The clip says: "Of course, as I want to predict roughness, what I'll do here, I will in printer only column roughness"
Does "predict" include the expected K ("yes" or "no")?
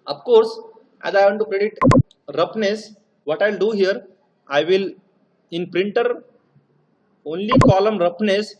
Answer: no